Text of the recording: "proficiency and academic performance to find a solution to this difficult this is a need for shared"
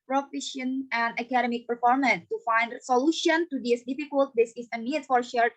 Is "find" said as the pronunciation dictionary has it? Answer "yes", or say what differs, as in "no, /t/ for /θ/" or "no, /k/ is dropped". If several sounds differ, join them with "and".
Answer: yes